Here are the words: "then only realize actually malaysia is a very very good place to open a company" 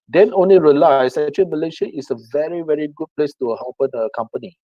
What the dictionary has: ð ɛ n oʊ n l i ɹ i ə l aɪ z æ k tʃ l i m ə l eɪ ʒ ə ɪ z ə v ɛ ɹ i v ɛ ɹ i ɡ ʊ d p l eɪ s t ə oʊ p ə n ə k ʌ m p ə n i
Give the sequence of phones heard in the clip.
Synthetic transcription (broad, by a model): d ɛ n oʊ n l i ɹ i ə l aɪ s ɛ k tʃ i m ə l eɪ ʃ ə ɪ s ə v ɛ ɹ i v ɛ ɹ i ɡ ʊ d p l eɪ s t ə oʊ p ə n ə k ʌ m p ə n i